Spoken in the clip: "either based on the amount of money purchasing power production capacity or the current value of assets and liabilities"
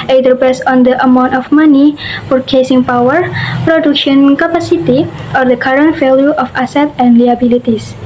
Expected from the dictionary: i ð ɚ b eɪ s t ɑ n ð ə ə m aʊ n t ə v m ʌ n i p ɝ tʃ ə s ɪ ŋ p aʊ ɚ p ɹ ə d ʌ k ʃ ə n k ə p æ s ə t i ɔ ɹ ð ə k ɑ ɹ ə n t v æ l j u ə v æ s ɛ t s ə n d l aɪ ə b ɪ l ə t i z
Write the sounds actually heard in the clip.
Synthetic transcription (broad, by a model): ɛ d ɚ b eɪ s ɑ n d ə ə m aʊ n t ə f m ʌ n i f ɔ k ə s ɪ ŋ p aʊ ɚ p ɹ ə d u k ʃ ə n k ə p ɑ s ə t i ɔ ɹ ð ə k ɑ ɹ ə n t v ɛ l j u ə f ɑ s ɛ t ə n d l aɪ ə b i l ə t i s